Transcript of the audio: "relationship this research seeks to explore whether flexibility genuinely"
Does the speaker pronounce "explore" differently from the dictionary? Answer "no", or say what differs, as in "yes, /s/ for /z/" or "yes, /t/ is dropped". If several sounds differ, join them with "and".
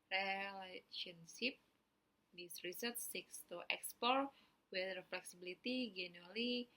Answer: yes, /l/ is dropped